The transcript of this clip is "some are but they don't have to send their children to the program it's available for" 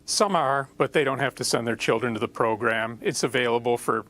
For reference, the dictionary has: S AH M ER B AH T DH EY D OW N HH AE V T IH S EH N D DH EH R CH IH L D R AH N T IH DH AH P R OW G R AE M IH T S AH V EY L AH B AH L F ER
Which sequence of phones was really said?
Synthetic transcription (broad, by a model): S AH M ER B AH T DH EY D OW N HH AE F T IH S EH N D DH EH R CH IH L D R AH N T IH DH AH P R OW G R AE M IH T S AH V EY L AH B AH L F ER